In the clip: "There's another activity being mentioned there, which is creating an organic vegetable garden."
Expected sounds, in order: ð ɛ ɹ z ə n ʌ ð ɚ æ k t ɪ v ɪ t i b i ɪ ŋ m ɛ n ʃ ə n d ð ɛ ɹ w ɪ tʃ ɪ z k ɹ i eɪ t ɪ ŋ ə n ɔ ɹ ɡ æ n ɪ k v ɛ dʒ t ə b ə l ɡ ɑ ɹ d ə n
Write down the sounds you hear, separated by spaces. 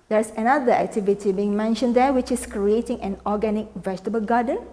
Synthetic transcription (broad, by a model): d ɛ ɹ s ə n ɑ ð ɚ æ k t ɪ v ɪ t i b i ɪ ŋ m ɛ n ʃ ə n d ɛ w ɪ tʃ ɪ s k ɹ i eɪ t ɪ ŋ ə n ɔ ɡ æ n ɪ k v ɛ dʒ t ə b ə l ɡ ɑ d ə n